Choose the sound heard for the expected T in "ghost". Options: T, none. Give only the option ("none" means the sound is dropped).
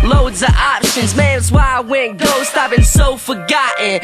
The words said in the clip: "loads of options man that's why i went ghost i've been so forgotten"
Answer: T